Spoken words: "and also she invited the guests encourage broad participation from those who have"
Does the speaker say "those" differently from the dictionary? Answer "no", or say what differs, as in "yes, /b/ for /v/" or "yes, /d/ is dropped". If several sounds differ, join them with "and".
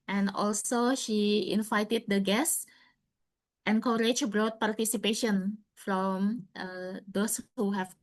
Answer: yes, /s/ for /z/